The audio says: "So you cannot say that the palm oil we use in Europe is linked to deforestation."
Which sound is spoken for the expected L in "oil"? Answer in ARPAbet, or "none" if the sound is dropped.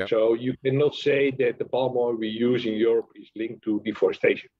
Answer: N